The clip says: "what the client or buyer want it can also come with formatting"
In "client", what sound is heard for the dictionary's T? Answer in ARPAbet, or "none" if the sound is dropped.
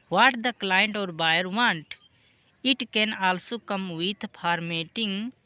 T